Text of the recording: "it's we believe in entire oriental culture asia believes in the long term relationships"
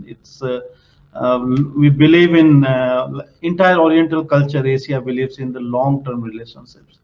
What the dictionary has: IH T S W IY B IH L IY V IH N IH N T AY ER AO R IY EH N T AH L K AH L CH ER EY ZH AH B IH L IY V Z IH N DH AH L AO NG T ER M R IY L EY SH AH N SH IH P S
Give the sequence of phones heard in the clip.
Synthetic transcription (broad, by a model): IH T S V IY B IH L IY V IH N IH N T AY ER AO R IY EH N T AH L K AH L CH ER EY S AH B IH L IY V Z IH N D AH L AO NG T ER M R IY L EY SH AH N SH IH P S